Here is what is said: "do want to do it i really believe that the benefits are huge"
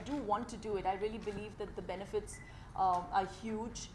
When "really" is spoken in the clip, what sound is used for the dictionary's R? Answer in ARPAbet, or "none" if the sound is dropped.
R